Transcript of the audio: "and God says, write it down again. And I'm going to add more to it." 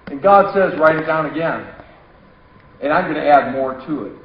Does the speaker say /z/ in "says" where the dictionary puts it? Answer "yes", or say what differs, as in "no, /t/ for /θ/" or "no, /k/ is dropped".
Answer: yes